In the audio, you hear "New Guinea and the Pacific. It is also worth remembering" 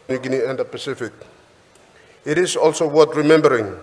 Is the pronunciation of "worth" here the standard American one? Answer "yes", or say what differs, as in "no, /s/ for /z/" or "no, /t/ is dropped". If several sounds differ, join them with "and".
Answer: no, /t/ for /θ/